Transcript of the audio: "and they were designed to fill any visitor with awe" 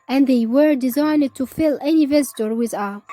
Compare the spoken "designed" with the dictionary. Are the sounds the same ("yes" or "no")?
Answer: yes